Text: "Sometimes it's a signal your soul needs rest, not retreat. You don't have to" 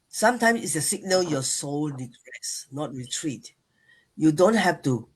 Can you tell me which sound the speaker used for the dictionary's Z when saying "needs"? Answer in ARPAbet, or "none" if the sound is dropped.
none